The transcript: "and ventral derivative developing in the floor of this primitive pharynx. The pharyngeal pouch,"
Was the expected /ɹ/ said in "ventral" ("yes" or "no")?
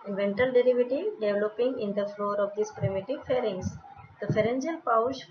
no